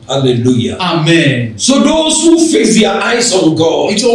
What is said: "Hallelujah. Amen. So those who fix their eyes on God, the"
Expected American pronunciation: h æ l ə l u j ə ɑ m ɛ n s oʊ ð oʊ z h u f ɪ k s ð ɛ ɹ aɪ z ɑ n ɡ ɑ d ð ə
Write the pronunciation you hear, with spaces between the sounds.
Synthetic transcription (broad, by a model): h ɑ l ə l u j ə ɑ m ɛ n s oʊ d oʊ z h u f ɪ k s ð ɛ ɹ aɪ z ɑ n ɡ ɑ d